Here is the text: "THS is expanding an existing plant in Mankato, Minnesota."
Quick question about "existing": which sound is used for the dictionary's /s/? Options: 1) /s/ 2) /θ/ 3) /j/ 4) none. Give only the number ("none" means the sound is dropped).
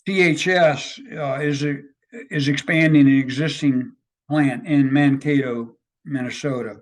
1